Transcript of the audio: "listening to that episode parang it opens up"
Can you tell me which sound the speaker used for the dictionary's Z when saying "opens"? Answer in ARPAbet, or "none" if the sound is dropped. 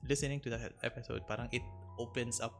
S